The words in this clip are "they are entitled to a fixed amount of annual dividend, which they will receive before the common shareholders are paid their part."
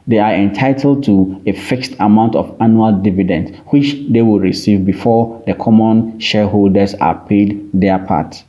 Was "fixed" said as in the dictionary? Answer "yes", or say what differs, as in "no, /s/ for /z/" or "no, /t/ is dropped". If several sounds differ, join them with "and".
yes